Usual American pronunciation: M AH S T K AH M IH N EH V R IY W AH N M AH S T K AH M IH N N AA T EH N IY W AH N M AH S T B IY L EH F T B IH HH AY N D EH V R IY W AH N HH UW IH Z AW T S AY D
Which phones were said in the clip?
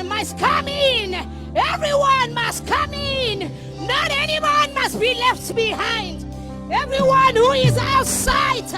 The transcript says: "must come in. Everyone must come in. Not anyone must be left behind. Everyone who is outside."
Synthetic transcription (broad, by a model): M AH S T K AH M IH N EH V R IY W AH N M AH S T K AH M IH N N AA T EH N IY W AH N M AH S T B IY L EH F T B IH HH AY N D EH V R IY W AH N HH UW IH Z AW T S AY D